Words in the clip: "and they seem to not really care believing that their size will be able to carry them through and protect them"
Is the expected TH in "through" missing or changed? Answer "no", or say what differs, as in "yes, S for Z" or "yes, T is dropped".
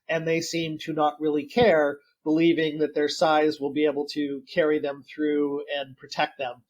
no